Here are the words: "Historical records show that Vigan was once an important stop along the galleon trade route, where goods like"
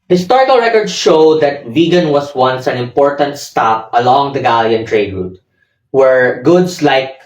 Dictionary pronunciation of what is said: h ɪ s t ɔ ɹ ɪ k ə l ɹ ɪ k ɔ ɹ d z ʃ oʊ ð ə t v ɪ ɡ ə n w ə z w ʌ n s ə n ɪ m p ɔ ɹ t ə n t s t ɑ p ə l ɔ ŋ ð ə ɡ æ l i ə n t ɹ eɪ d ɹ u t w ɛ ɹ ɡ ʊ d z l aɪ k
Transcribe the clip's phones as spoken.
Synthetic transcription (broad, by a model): h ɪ s t ɔ ɹ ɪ k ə l ɹ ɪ k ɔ ɹ d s ʃ oʊ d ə t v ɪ ɡ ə n w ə s w ʌ n s ə n ɪ m p ɔ ɹ t ə n t s t ɑ p ə l ɔ ŋ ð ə ɡ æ l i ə n t ɹ eɪ d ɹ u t w ɛ ɹ ɡ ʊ d s l aɪ k